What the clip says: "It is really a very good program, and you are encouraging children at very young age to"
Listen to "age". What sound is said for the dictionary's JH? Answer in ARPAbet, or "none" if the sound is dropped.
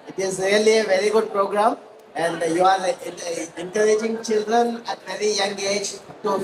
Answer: JH